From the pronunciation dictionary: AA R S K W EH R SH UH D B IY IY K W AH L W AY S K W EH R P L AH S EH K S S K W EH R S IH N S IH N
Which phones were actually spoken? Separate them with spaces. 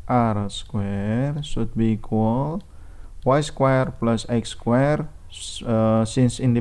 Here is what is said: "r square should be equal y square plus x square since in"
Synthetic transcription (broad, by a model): AA R S K W EH R S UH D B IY IY K W AH L W AY S K W EH R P L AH S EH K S S K W EH R S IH N S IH N